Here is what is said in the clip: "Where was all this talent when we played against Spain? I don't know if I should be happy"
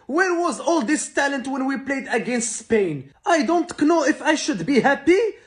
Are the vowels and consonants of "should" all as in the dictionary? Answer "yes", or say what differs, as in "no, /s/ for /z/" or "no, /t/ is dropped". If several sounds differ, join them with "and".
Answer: yes